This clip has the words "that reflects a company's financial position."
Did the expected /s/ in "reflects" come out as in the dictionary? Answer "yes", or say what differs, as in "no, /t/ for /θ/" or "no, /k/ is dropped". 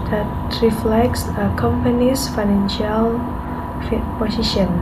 yes